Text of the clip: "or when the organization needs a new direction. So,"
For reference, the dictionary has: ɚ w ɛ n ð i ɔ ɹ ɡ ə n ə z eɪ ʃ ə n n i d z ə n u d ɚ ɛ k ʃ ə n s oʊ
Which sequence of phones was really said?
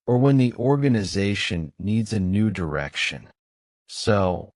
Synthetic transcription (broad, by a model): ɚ w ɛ n ð i ɔ ɹ ɡ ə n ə z eɪ ʃ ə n n i d z ə n u d ɚ ɛ k ʃ ə n s oʊ